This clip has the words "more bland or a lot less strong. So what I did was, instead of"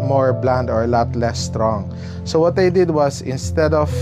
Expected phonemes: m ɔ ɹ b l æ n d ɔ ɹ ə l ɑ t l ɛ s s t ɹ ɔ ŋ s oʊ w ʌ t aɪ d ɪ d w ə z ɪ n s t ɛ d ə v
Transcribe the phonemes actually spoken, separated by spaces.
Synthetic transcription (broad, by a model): m ɔ ɹ b l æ n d ɔ ɹ l ɑ t l ɛ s s t ɹ ɔ ŋ s oʊ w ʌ t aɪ d ɪ d w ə s ɪ n s t ɛ d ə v